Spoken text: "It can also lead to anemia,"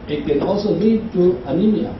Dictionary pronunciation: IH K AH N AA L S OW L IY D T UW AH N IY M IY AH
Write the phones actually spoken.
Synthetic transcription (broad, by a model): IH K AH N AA S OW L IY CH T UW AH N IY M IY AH